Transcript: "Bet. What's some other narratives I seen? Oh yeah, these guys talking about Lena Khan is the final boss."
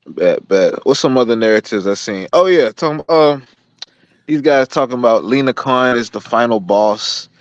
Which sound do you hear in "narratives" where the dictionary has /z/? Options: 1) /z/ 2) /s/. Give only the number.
1